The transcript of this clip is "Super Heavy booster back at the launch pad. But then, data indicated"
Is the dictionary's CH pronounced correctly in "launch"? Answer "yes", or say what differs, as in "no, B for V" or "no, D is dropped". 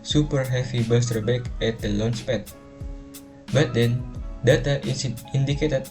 no, S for CH